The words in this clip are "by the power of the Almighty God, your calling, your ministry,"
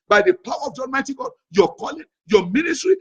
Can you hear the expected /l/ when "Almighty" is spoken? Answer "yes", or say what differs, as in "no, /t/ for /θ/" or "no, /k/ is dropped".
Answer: no, /n/ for /l/